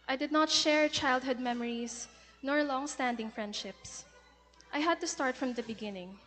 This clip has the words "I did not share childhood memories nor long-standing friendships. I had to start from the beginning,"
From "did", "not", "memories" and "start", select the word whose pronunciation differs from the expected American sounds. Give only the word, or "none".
memories